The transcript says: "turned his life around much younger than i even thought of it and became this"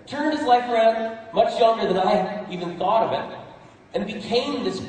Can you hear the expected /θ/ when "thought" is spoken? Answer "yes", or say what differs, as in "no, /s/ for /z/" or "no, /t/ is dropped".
yes